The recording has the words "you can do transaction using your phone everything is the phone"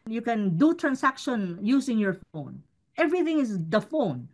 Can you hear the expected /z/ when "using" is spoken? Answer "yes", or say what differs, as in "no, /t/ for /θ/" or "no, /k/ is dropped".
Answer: no, /s/ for /z/